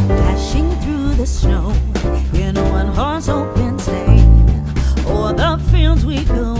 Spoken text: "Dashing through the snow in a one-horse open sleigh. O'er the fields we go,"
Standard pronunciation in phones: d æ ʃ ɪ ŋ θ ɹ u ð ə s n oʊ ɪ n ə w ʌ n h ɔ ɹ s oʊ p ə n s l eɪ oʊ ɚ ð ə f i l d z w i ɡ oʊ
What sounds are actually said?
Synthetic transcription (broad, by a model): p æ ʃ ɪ ŋ θ ɹ u ð ə s n oʊ ɪ n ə w ʌ n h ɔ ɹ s oʊ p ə n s eɪ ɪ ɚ ð ə f i l d z w i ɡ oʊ